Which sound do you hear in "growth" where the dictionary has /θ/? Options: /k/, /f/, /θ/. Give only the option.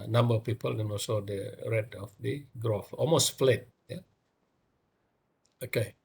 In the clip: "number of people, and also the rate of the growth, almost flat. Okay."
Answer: /f/